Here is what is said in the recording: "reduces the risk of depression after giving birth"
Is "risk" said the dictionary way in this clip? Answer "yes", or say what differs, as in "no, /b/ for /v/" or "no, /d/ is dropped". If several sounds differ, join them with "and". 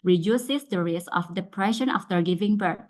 no, /k/ is dropped